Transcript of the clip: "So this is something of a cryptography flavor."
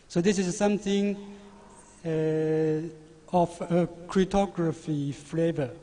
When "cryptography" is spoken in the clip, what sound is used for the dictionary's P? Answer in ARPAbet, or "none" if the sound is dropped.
none